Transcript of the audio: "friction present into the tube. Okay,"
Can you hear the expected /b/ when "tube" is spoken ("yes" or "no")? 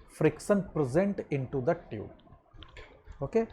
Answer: no